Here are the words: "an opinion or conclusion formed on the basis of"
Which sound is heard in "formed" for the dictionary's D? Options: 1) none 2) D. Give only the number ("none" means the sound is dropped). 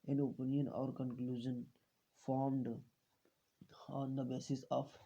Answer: 2